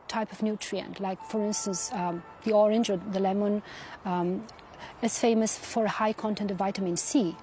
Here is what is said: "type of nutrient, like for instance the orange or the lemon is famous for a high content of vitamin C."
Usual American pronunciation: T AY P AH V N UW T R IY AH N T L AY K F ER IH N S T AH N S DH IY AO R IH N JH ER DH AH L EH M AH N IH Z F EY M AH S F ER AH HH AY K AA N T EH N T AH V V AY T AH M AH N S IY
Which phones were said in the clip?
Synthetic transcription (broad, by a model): T AY P AH V N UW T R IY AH N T L AY K F ER IH N S T AH N S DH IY AO R IH N JH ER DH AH L EH M AH N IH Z F EY M AH S F ER AH HH AY K AA N T EH N T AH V V AY T AH M AH N S IY